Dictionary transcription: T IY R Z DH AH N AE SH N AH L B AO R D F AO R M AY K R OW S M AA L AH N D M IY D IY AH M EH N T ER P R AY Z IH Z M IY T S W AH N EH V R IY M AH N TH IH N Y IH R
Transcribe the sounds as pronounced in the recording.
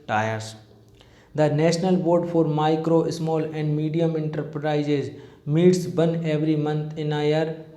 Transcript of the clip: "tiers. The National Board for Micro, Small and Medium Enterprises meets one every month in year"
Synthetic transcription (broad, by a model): T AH R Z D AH N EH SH N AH L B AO R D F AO R M AY K R OW S M AA L AH N D M IY D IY AH M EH N T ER P R AY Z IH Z M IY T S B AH N EH V R IY M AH N T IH N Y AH R